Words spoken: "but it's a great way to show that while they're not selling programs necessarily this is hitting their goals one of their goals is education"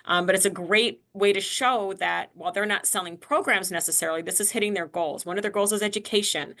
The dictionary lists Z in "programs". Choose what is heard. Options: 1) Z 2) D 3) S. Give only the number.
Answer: 1